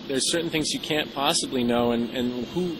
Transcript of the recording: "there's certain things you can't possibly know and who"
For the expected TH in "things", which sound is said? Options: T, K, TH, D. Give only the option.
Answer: TH